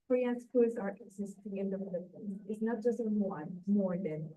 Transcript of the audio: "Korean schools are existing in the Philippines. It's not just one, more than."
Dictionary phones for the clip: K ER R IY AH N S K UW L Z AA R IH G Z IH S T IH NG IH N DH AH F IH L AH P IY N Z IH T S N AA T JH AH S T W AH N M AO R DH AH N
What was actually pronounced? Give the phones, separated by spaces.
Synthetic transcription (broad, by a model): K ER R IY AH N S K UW Z AA R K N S IH S T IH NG IH N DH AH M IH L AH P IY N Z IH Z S N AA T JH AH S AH W AH N M AO R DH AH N